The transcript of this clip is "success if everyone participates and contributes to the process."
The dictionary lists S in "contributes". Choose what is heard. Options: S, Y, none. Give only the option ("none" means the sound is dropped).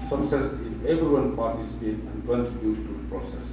none